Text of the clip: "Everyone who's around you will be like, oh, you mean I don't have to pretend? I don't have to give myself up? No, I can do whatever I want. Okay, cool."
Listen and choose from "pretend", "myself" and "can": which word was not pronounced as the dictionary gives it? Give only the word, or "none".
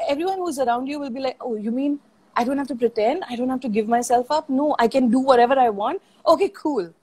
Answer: none